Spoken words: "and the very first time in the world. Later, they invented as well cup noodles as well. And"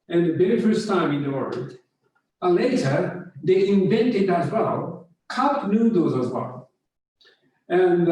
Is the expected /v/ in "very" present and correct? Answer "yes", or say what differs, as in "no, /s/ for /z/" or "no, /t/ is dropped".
no, /b/ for /v/